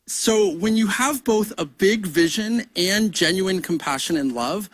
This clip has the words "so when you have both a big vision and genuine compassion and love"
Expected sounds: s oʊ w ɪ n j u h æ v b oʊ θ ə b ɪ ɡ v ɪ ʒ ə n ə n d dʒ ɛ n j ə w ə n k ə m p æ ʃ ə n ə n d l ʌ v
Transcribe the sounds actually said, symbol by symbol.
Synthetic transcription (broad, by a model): s oʊ w ɪ n j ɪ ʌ v b oʊ θ ə b ɪ ɡ v ɪ ʒ ə n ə n dʒ ɛ n j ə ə n k m p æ ʃ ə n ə n l ʌ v